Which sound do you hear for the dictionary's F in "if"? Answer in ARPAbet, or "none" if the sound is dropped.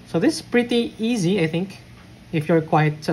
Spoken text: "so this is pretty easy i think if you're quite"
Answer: F